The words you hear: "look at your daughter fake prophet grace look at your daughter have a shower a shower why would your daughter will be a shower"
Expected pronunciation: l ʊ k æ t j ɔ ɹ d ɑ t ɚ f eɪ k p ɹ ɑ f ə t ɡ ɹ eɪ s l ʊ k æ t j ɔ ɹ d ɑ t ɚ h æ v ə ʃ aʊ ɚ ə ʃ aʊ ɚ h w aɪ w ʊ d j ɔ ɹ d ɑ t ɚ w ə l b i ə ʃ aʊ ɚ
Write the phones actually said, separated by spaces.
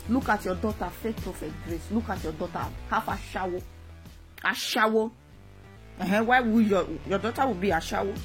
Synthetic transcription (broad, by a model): l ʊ k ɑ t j ɔ d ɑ t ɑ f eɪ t p ɹ ɑ f ə t ɡ ɹ eɪ s l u k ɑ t j ɔ d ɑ t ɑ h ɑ f ə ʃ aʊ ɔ ə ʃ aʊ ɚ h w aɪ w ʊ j j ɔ d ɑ t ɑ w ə b i ə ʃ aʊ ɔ